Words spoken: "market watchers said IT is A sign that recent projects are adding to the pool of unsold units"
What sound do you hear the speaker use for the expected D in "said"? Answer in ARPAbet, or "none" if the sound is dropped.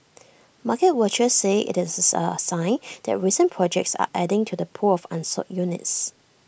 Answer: none